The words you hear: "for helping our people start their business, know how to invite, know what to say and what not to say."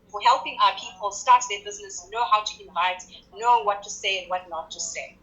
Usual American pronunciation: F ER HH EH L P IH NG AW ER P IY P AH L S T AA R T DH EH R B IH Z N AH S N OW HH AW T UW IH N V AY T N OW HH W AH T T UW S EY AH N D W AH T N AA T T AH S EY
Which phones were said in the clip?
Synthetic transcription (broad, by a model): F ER HH EH L P IH NG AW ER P IY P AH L S T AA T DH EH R B IH Z N AH S N OW HH AW T UW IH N V AY T N OW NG W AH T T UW S EY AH N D W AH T N AA T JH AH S EY